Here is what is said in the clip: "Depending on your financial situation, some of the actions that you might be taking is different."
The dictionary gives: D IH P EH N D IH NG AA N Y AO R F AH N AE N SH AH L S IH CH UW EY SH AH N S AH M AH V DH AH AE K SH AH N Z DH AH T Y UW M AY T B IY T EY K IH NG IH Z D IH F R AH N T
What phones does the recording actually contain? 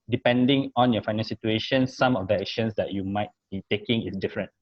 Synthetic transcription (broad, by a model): D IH P EH N D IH NG AA N Y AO F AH IH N AH N S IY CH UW EY SH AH N S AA M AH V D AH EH K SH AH N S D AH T Y UW M AY T B IY T EY K IH NG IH S D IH F R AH N T